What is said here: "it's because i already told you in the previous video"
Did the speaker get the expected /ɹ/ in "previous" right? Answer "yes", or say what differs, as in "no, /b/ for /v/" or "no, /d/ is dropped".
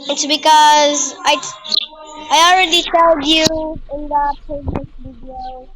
no, /ɹ/ is dropped